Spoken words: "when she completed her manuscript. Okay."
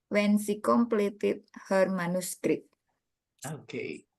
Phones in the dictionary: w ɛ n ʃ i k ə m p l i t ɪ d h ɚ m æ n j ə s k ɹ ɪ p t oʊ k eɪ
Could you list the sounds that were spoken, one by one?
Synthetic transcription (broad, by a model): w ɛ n s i k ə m p l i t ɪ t h ɚ m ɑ n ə s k ɹ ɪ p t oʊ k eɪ